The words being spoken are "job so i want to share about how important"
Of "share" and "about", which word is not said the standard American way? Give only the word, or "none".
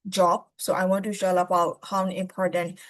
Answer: share